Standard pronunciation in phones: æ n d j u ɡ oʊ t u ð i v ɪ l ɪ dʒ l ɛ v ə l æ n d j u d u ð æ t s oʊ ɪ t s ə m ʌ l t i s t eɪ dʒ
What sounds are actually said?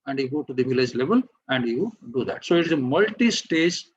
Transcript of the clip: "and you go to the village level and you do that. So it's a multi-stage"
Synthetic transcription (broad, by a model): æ n d j u ɡ oʊ t u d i v ɪ l ɪ dʒ l ɛ v ə l æ n d j u d u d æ t s oʊ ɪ t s ə m ʌ l t i s t eɪ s